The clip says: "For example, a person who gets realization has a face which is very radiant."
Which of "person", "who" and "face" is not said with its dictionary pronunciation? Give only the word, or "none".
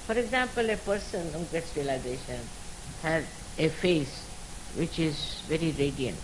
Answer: none